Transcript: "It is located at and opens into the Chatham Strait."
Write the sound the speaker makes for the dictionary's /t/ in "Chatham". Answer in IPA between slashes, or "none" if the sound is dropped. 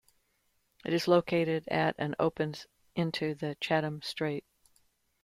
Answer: /t/